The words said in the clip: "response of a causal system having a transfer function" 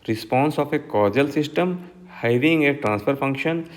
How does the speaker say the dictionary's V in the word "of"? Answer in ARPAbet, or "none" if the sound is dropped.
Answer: P